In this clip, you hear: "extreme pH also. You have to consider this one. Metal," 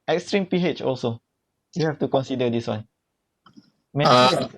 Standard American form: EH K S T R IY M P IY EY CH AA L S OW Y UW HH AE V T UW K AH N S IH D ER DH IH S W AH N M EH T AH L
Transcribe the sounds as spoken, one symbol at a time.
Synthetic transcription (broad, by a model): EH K S T R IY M P IY EY CH AA L S OW Y UW HH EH F T UW K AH N S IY D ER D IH S W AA N M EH